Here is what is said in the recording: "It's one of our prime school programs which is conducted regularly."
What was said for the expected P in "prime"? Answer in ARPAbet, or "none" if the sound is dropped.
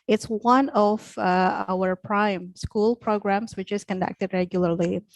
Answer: P